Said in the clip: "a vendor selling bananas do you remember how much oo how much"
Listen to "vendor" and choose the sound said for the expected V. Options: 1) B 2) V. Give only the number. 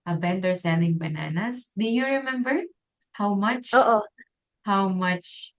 1